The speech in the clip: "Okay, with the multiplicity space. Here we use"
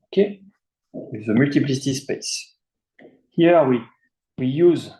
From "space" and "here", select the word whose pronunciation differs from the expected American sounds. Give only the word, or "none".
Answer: here